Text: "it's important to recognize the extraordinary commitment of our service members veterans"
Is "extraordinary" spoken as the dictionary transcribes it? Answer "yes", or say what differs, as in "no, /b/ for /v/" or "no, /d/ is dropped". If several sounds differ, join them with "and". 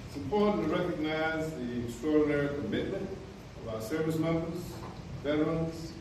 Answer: no, /k/ is dropped and /ɹ/ is dropped